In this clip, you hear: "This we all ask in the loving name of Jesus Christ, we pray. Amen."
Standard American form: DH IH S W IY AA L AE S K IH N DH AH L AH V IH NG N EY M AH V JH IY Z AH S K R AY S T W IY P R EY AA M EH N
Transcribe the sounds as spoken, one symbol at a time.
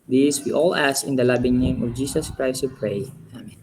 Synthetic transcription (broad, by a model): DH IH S W IY AA L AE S IH N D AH L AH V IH NG N EY M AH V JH IY S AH S K R AY S T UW P R EY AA M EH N